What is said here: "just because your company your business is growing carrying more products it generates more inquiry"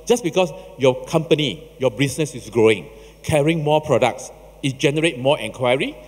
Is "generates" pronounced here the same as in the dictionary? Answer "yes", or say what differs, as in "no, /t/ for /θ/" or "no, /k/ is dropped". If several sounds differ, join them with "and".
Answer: no, /s/ is dropped